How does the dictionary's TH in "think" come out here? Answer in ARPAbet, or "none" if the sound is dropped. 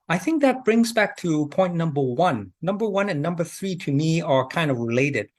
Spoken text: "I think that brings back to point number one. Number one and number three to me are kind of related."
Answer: TH